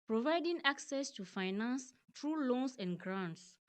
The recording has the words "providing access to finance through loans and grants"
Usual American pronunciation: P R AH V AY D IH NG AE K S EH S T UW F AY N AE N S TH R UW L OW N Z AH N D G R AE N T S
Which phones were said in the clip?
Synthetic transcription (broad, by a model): P R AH V AY D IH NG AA K S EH S T UW F AY N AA N S T R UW L OW N S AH N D G R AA N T S